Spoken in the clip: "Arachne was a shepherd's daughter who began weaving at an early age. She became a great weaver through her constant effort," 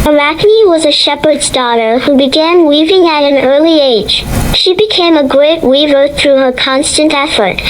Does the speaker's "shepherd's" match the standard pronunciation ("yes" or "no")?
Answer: yes